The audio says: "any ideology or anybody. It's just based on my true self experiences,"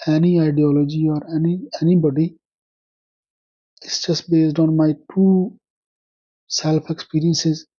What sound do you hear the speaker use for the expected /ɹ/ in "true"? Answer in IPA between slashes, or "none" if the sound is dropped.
none